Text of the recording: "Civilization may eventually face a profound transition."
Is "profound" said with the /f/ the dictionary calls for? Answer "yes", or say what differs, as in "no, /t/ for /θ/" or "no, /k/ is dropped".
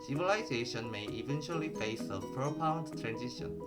no, /p/ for /f/